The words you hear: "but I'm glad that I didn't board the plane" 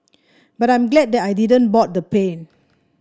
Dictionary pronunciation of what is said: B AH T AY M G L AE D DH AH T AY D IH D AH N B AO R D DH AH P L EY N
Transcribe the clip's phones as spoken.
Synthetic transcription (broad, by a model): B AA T AY M G L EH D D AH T AY D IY D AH N B AO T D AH P EY N